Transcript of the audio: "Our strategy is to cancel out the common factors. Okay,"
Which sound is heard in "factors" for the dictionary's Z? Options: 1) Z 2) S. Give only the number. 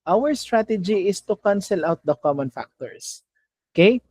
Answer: 2